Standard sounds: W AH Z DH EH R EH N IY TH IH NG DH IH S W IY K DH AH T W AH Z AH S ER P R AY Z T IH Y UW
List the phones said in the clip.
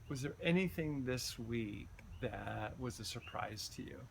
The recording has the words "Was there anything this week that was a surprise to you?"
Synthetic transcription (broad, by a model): W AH Z DH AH R EH N IY TH IH NG DH IH S W IY K DH AH T W AH Z AH S ER P R AY Z T IH Y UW